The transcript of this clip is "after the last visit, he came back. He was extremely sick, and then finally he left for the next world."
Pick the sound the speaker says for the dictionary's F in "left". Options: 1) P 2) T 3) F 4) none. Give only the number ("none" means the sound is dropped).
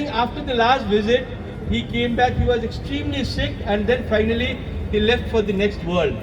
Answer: 3